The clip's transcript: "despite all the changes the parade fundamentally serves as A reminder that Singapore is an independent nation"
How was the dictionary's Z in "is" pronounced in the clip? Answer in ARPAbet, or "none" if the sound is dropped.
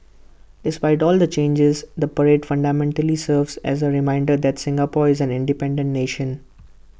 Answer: Z